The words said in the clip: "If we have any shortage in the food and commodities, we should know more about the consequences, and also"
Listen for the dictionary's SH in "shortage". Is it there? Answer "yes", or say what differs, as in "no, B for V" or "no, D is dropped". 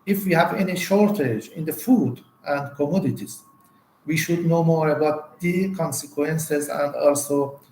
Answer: yes